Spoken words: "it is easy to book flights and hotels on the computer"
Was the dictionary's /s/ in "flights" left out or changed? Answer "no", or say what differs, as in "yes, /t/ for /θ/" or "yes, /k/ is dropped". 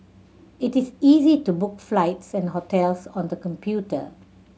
no